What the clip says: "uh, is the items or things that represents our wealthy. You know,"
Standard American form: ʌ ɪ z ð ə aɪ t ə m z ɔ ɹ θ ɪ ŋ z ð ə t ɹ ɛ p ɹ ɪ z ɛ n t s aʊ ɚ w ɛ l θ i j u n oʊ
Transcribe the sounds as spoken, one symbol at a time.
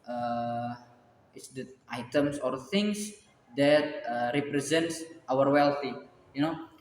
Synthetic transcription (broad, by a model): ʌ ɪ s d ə aɪ t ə m s ɔ ɹ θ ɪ ŋ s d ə t ɹ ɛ p ɹ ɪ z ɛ n t s aʊ ɚ w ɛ l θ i j u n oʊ